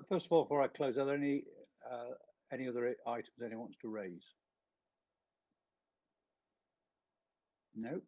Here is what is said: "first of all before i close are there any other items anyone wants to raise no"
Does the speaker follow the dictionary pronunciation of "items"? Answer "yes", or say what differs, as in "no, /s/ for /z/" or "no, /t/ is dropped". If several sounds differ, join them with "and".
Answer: yes